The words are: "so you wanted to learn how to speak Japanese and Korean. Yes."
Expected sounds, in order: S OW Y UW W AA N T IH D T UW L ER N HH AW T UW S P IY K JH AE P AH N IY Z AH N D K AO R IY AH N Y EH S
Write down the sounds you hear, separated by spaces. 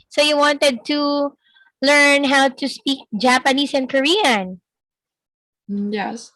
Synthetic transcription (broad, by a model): S OW Y UW W AA N T IH D T UW L ER N HH AW T UW S P IY K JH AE P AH N IY S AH N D K AO R IY AH N Y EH S